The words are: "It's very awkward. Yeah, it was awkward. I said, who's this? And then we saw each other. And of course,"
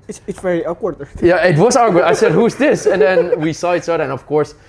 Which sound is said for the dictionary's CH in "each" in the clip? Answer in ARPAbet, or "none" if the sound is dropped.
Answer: S